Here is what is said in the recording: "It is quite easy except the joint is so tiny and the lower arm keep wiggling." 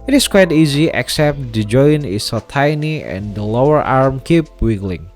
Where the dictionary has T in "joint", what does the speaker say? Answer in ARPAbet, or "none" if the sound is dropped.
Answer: none